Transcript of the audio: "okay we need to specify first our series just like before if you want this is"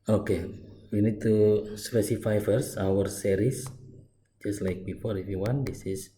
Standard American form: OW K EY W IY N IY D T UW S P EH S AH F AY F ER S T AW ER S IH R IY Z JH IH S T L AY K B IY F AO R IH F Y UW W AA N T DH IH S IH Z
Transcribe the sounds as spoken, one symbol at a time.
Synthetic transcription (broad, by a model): OW K EY W IY N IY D T UW S P EH S AH F AY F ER S AW ER S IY R IY S JH IH S T L AY K B IY F AO R IH F Y UW W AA N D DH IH S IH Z